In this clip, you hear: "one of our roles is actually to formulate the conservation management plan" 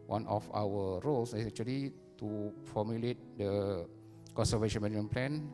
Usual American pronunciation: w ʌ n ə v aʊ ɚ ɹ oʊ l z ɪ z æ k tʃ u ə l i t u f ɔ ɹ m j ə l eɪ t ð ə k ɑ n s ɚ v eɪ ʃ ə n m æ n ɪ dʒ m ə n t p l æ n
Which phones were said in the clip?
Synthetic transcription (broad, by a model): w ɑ n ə f aʊ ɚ ɹ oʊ l s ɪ s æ k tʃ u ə l i t u f ɔ m j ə l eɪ t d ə k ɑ n s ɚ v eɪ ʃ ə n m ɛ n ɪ m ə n p l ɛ n